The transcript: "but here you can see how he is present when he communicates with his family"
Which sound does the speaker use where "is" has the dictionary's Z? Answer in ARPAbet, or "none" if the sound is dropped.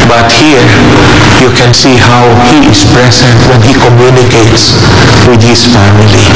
S